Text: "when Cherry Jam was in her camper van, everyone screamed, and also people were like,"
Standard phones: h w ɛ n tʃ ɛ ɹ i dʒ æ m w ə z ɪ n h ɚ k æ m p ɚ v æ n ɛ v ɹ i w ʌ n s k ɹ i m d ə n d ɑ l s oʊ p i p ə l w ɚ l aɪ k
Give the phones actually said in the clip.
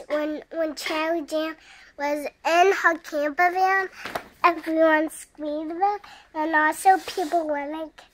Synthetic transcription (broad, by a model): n w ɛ n tʃ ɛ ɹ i dʒ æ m w ə z ɪ n h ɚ k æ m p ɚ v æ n ɛ v ɹ i w ʌ n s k w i d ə n ɑ l s oʊ p i p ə l w ɚ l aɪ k